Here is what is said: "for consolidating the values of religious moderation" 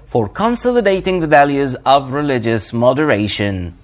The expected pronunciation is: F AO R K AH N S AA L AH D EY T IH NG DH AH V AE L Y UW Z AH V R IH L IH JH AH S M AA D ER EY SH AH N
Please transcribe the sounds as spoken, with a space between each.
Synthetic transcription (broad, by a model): F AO R K AH N S AA L AH D EY T IH NG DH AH V AE L Y UW Z AH V R IH L IH JH AH S M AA D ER EY SH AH N